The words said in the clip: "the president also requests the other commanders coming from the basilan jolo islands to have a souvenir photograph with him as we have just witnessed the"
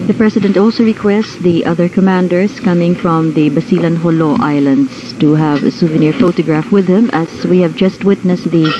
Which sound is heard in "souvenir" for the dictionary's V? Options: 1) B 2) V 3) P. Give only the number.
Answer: 2